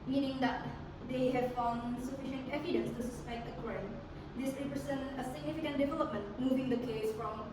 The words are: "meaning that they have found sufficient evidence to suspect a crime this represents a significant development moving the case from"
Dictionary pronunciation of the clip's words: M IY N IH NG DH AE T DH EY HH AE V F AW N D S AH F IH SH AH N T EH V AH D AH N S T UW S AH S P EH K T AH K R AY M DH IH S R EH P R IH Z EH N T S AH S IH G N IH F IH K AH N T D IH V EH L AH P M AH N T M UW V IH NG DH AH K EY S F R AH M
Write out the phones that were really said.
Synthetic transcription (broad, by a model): M IY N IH NG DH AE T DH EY HH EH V F AW N D S AH F IH SH AH N T EH V AH D AH N S T UW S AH S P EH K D AH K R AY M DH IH S R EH P R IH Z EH N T AH S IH G N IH F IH K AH N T D IH V EH L AH P M AH N T M UW V IH NG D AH K EY S F R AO M